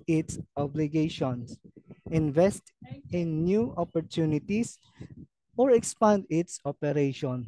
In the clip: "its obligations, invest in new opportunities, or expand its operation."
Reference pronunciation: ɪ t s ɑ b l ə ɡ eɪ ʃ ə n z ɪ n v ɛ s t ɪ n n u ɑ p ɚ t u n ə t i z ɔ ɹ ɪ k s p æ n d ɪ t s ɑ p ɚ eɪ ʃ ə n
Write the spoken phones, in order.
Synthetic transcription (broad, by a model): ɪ t s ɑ b l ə ɡ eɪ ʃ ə n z ɪ n v ɛ s t ɪ n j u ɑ p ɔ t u n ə t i s ɔ ɹ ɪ k s p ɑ n d ɪ t s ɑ p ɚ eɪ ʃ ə n